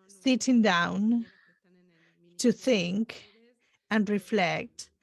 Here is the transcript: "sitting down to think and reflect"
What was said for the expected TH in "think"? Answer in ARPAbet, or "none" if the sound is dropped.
TH